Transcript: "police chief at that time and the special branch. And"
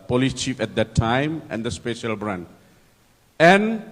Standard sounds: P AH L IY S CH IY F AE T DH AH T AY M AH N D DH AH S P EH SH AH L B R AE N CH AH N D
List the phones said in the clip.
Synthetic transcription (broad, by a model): P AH L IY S CH IY F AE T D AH T AY M AH N D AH S P EH SH AH L B R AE N AH N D